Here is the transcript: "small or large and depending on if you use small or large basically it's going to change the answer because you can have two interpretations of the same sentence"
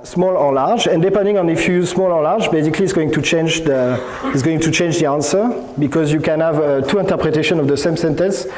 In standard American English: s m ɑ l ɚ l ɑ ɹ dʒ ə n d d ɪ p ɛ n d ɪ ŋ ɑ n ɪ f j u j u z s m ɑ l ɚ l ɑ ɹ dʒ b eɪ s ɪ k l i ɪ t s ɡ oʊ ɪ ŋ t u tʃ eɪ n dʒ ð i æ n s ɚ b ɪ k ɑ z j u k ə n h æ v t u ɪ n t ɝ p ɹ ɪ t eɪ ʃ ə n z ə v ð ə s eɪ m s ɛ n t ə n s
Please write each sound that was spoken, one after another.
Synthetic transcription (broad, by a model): s m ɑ l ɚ l ɑ ɹ dʒ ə n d d ɪ p ɛ n d ɪ ŋ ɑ n ɪ f j u j u z s m ɑ l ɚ l ɑ ɹ dʒ b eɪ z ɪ k l i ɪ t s ɡ oʊ ɪ ŋ t u tʃ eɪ n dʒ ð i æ n s ɚ b ɪ k ɑ z j u k ə n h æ v t u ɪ n t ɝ p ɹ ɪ t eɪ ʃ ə n ə v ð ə s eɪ m s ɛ n t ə n s